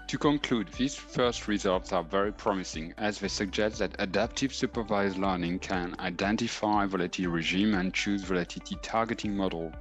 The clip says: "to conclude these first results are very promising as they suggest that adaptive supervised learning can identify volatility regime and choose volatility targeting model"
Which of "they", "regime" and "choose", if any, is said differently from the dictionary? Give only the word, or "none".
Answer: none